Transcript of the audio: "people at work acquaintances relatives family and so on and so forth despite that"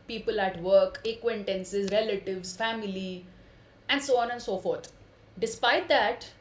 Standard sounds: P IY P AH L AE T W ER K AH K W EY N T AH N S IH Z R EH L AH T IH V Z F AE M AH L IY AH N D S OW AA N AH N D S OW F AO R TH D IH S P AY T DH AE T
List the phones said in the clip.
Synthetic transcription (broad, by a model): P IY P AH L AE T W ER K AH K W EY N T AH N S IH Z R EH L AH T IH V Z F AE M AH L IY AH N D S OW AA N AH N D S OW F AO R T D IH S P AY T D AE T